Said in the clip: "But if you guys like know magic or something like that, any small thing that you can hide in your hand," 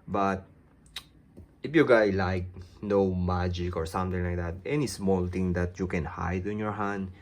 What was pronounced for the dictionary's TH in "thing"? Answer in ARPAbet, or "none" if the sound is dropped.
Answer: T